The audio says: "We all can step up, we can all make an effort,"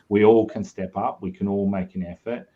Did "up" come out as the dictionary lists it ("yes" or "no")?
yes